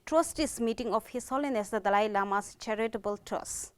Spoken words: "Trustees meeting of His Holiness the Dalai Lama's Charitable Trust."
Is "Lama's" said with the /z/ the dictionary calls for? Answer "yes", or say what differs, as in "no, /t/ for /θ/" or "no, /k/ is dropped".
no, /s/ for /z/